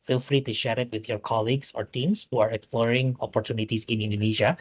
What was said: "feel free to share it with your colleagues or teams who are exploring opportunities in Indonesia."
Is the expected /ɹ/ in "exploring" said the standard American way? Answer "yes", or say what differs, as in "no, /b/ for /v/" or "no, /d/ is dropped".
yes